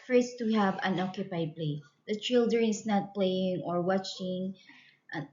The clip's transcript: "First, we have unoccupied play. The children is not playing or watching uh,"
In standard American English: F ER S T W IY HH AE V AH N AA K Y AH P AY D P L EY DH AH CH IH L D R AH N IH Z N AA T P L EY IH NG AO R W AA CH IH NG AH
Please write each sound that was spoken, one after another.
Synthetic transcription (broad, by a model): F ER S T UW HH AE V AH N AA K Y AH P AY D P L EY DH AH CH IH L D AH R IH S N AA T P L EY IH NG AO R W AA CH IH NG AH